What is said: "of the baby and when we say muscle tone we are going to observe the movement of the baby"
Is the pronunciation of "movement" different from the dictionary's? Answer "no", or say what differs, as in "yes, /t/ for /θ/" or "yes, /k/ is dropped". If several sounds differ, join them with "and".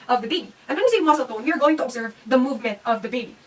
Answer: no